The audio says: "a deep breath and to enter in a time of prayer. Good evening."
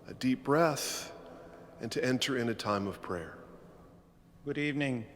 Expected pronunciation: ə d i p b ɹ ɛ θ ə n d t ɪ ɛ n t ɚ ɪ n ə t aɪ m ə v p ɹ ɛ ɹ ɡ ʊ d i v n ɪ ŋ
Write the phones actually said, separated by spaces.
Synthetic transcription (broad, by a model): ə d i p b ɹ ɛ θ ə n t ɪ ɛ n t ɚ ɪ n ə t aɪ m ə v p ɹ ɛ ɹ ɡ ʊ d i v n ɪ ŋ